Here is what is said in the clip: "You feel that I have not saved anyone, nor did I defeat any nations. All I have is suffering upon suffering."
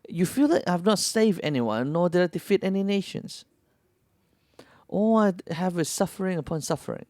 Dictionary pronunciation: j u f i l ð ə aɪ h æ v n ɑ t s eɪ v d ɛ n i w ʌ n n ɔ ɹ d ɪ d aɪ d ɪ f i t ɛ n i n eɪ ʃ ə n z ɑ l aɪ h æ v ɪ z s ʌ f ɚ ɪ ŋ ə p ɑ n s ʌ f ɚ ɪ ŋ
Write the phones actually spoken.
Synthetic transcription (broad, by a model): j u f i l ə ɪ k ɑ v n ɑ t s eɪ v d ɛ n i w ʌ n n ɔ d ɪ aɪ d ɪ f i t ɛ n i n eɪ ʃ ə n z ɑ aɪ h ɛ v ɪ s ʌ f ɚ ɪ ŋ ə p ɑ n s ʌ f ɚ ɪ ŋ